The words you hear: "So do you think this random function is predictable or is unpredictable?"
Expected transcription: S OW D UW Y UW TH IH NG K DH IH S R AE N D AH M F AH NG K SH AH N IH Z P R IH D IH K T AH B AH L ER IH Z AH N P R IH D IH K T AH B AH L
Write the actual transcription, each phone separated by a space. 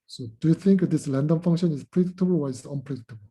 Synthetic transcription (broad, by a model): S OW D UW Y UW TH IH NG K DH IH S L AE N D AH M F AH NG K SH AH N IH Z P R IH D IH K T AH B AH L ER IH S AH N P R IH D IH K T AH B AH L